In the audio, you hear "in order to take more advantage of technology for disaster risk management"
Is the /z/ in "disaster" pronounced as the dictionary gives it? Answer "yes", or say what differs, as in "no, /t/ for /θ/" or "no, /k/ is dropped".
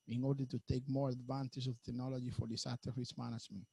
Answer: no, /s/ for /z/